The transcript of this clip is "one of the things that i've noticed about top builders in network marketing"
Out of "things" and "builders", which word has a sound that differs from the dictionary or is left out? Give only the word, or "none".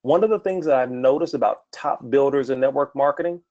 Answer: none